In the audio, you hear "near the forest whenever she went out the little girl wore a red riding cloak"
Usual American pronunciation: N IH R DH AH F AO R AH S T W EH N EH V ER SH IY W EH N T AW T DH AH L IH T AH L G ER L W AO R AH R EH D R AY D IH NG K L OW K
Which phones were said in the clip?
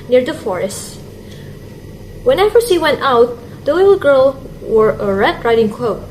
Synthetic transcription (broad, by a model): N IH R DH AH F AO R AH S T W EH N EH V ER S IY W EH N T AW T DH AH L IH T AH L G ER L W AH R AH R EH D R AY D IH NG K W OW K